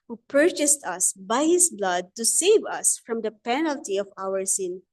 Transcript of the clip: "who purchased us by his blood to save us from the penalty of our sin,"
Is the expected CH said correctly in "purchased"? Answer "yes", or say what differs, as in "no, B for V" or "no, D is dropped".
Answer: yes